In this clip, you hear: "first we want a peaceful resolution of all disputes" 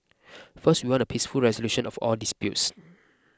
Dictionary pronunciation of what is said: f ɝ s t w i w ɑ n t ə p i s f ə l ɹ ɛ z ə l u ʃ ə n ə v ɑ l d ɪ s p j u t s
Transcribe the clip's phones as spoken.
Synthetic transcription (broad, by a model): f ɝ s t w i w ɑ n ə p i s f ə l ɹ ɛ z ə l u ʃ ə n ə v ɑ l d ɪ s p j u t s